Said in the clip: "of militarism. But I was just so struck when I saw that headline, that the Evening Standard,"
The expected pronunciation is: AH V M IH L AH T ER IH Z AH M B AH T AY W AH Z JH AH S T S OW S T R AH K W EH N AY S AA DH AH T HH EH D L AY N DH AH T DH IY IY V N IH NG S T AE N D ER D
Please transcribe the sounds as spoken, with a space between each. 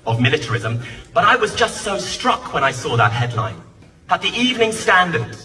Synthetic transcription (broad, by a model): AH V M IH L AH T ER IH Z AH M B AH T AY W AH Z JH AH S T S OW S T R AH K W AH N AY S AA DH AH T HH EH D L AY N DH AH T DH IY IY V N IH NG S T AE N D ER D